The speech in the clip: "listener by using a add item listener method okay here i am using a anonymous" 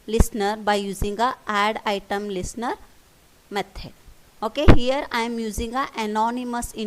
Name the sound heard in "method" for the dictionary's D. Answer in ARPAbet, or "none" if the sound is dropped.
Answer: none